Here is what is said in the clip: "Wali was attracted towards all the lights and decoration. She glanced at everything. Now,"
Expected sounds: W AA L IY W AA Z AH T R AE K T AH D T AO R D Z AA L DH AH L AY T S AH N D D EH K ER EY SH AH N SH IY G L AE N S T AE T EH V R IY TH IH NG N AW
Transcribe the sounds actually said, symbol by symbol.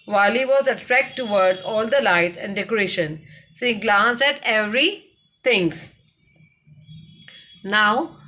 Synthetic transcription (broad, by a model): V AA L IY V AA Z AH T R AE K T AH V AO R D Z AA L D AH L AY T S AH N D D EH K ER EY SH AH N S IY G L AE N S AE T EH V R IY T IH NG N AW